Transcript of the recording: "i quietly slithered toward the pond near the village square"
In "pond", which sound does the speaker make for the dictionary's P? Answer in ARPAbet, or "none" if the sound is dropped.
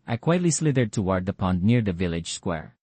P